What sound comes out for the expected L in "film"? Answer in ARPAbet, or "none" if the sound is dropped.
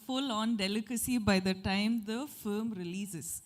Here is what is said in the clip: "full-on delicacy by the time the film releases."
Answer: none